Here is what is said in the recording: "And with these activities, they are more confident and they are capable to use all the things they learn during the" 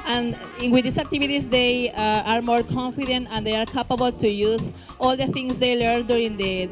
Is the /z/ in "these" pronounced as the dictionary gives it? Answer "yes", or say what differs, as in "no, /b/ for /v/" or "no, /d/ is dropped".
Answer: no, /s/ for /z/